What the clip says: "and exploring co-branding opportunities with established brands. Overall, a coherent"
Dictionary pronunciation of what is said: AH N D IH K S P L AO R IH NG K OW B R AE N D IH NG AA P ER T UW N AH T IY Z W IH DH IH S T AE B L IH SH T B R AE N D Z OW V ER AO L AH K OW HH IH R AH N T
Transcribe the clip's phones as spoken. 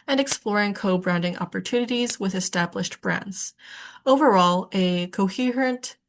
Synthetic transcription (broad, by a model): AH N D IH K S P L AO R IH NG K OW B R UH N D IH NG AA P ER T UW N AH T IY Z W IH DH IH S T AE B L IH SH T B R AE N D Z OW V ER AO L AH K OW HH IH R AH N T